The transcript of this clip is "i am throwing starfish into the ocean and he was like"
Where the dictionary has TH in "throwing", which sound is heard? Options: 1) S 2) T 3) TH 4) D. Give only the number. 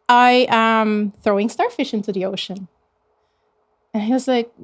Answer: 3